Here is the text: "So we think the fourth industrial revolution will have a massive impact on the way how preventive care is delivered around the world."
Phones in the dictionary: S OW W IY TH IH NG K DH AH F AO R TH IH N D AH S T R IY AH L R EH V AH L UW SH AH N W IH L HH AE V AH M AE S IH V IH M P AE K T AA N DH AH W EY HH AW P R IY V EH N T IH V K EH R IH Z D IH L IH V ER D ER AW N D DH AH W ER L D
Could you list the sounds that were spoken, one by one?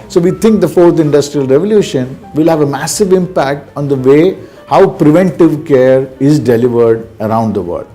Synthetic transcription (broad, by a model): S OW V IY T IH NG K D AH F AO R T IH N D AH S T R IY AH L R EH V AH L UW SH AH N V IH L HH AE V AH M AE S IH V IH M P AE K T AA N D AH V EY HH AW P R IY V EH N T IH V K EH R IH Z D IH L IH V ER D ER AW N D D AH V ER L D